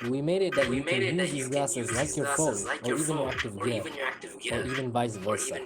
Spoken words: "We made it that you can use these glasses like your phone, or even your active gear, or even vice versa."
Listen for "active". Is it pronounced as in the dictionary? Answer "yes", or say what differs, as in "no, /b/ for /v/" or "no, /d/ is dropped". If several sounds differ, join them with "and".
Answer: yes